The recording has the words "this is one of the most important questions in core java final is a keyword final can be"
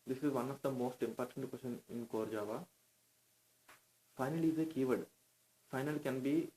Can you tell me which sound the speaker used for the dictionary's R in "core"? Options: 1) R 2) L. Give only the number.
1